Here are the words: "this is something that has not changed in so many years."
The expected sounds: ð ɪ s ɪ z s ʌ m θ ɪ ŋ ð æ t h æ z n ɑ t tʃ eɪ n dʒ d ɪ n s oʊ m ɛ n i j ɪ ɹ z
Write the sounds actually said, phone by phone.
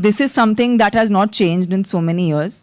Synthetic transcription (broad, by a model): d ɪ s ɪ z s ʌ m t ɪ ŋ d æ t h æ z n ɑ t tʃ eɪ n dʒ d ɪ n s oʊ m ɛ n i j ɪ ɹ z